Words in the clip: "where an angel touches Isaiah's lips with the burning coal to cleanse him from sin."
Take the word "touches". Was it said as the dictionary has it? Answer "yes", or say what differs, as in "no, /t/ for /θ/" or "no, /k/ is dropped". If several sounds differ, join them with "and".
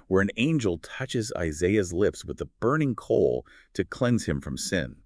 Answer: yes